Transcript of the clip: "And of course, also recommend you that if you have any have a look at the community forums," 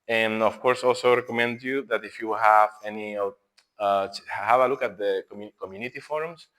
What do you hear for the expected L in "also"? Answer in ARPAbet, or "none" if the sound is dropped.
L